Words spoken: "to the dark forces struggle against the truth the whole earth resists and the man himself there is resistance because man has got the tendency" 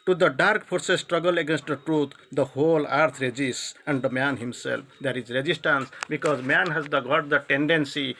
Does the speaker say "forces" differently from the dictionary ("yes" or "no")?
yes